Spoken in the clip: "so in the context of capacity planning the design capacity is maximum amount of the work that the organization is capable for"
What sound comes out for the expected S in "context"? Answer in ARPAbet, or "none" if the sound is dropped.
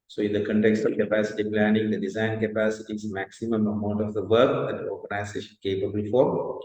S